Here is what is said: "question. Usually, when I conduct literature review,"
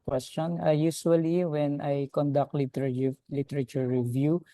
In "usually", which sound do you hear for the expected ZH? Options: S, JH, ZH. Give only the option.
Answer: S